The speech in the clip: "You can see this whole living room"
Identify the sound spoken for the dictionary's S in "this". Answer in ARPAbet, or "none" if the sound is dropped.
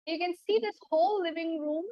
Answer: S